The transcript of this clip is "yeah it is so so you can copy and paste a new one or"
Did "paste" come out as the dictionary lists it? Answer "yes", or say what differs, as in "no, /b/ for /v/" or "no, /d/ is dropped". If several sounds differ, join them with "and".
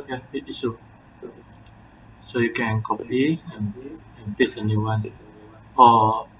no, /t/ is dropped